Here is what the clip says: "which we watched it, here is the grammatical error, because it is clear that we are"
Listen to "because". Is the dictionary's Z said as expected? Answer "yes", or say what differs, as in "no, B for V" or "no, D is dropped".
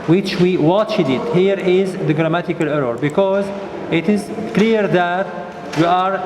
yes